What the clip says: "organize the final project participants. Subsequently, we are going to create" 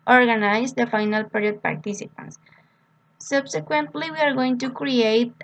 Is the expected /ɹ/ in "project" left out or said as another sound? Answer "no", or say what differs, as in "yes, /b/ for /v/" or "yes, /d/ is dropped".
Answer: yes, /ɹ/ is dropped